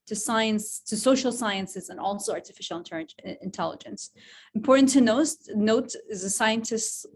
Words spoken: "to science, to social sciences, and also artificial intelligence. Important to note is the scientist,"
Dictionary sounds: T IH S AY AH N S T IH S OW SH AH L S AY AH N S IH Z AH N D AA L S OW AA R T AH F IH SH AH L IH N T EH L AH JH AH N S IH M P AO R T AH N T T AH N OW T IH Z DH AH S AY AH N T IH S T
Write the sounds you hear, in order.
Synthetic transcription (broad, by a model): T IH S AY AH N S T IH S OW SH L S AY AH N S IH Z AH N AA L S OW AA R T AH F IH SH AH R IH N T EH L AH JH AH N S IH M P AO R T N T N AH N OW T IH Z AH S AY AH N T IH S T